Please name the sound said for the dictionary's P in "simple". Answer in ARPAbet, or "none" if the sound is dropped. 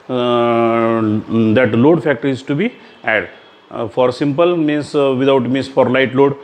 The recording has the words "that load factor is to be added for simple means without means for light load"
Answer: P